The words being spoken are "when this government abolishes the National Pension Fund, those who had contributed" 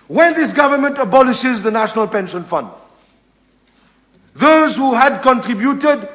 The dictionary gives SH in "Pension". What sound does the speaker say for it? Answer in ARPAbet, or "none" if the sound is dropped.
SH